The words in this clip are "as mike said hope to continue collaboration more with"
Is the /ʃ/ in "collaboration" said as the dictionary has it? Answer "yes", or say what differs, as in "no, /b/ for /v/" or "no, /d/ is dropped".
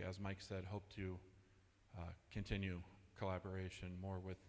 yes